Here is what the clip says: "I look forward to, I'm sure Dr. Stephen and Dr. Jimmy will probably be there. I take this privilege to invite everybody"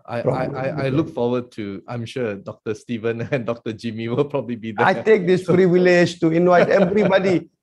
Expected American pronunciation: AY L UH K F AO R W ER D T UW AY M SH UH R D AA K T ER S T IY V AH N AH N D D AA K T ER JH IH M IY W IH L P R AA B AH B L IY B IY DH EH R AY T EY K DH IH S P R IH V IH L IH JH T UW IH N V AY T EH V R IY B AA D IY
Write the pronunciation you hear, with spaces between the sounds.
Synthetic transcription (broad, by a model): AY L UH K F AO W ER D T UW AY M SH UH D AA K T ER S T IY V AH N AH N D D AA K T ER JH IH M IY W IH L P R AA B AH B L IY B IY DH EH AY T EY K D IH S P R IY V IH L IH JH T UW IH N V AY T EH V R IY B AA D IY